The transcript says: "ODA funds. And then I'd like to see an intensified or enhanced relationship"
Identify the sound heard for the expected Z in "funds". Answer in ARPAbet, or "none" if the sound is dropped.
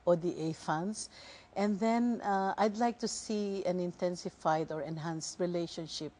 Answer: S